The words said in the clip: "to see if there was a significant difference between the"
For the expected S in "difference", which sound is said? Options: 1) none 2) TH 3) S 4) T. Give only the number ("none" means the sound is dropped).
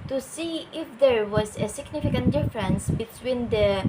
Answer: 3